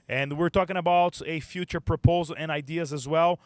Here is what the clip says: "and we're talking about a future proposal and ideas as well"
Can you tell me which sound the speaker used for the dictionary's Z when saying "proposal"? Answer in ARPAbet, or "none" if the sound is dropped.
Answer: Z